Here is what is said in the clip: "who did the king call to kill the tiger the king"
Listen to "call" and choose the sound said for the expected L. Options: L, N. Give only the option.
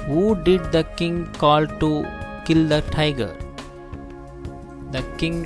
L